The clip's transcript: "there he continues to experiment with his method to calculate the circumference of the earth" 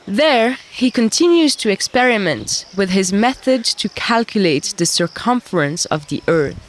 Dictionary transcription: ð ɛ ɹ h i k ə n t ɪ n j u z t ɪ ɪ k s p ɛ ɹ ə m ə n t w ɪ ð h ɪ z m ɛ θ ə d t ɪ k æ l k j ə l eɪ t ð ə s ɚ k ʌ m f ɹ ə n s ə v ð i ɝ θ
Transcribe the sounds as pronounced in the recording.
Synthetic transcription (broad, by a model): ð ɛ ɹ h i k ə n t ɪ n j u z t ɪ ɪ k s p ɛ ɹ ə m ə n t w ɪ ð ɪ z m ɛ θ ə d t ɪ k æ l k j ə l eɪ t ð ə s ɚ k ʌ m f ɹ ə n s ə v ð i ɝ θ